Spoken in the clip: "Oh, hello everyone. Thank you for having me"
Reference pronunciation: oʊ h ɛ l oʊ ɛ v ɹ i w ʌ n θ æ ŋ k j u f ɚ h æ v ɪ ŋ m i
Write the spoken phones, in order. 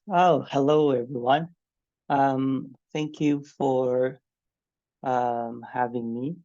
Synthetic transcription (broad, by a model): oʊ h ɛ l oʊ ɛ v ɹ i w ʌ n θ æ ŋ k j u f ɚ h æ v ɪ ŋ m i